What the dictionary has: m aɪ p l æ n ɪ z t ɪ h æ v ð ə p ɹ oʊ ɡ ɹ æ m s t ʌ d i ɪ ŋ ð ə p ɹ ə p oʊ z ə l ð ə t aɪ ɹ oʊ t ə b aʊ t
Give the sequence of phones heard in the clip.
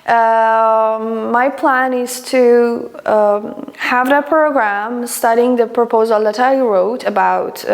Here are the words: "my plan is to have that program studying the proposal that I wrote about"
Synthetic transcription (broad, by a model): m aɪ p l æ n ɪ z t ɪ h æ v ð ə p ɹ oʊ ɡ ɹ æ m s t ʌ d i ɪ ŋ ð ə p ɹ ə p oʊ z ə l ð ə t aɪ ɹ oʊ t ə b aʊ t